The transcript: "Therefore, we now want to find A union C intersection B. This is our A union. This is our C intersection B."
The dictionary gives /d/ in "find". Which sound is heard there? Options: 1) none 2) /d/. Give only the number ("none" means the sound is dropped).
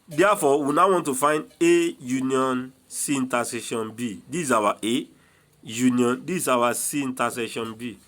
2